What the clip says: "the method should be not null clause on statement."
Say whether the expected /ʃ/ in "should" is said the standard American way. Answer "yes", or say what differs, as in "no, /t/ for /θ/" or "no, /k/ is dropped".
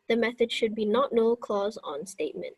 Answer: yes